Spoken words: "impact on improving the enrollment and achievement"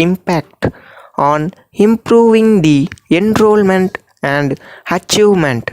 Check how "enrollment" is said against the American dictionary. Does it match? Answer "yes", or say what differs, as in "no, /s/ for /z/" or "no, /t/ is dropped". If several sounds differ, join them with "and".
yes